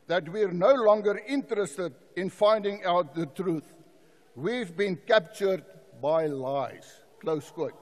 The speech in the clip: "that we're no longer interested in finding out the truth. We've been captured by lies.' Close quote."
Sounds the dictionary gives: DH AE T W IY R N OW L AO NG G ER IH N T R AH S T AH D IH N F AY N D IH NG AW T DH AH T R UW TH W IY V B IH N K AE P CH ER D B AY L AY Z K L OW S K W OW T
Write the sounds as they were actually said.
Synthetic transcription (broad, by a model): DH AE T W IY R N OW L AO NG G ER IH N T R AH S T AH D IH N F AY N D IH NG AW T DH AH T R UW TH W IY V B IH N K AE P CH ER D B AY L AY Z K L OW S K W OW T